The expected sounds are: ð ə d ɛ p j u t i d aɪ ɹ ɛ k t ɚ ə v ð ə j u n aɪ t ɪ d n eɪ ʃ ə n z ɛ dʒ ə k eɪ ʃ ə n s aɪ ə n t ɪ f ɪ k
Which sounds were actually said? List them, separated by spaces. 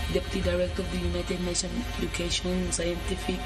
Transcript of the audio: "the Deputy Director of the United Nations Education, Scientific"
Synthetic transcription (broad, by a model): d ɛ p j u t i d aɪ ɹ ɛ k t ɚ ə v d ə j u n aɪ t ɪ d n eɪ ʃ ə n ɛ dʒ ə k eɪ ʃ ə n s aɪ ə n t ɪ f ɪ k